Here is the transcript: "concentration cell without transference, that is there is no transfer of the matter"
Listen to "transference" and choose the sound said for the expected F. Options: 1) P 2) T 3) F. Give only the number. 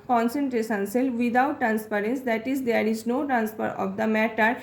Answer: 1